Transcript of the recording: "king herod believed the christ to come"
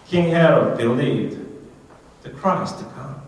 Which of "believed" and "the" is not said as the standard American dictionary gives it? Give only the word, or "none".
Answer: believed